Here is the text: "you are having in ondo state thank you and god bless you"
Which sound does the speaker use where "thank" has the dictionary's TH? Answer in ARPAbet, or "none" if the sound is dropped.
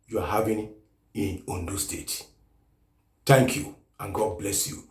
T